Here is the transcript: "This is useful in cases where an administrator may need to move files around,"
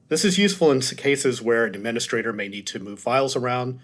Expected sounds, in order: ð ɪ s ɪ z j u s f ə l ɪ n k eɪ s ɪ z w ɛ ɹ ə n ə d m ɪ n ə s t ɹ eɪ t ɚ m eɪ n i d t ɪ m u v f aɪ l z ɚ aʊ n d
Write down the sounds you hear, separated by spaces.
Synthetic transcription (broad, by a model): ð ɪ s ɪ z j u s f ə l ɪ n k eɪ s ɪ z w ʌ ɹ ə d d m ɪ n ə s t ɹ eɪ t ɚ m eɪ n i d t ɪ m u v f aɪ l z ɚ aʊ n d